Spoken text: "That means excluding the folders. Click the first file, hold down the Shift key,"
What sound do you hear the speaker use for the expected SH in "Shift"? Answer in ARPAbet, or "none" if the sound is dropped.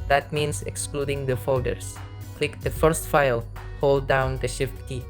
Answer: SH